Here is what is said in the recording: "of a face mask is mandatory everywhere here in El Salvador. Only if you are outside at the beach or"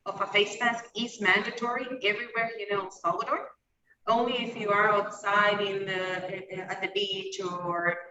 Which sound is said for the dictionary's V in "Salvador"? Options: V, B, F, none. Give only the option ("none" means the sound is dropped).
none